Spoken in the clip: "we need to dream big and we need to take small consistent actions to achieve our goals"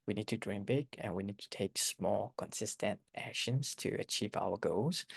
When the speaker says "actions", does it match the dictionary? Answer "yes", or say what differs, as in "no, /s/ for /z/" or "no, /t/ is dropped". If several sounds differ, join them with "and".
yes